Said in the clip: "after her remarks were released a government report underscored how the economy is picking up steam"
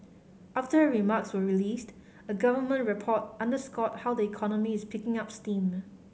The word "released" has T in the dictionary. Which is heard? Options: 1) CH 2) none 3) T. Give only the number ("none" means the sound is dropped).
3